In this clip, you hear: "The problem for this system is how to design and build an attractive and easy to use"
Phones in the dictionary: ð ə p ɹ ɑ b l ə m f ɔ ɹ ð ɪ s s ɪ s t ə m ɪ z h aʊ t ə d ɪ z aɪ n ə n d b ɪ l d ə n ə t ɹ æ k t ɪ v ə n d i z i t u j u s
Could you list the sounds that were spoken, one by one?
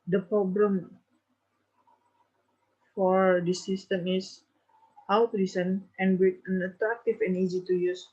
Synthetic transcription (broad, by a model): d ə p ɹ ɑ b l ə m f ɔ ɹ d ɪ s s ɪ s t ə m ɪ s h aʊ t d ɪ s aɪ n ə n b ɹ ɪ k ə n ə t ɹ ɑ k t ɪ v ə n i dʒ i t u j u s